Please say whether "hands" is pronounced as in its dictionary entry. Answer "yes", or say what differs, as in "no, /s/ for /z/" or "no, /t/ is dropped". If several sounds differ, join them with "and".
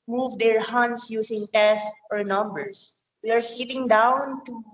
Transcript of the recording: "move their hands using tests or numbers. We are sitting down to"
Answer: no, /s/ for /z/